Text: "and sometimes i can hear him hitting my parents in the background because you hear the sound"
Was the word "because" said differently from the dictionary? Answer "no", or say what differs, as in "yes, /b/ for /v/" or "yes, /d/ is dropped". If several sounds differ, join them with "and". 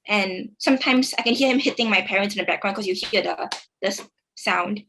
yes, /s/ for /z/